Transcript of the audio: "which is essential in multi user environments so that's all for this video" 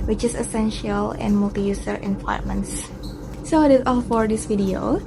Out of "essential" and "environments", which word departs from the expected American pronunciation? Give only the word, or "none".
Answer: environments